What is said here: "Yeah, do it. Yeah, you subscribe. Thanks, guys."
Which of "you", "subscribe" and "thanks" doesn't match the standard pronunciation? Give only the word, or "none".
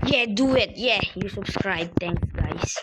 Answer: thanks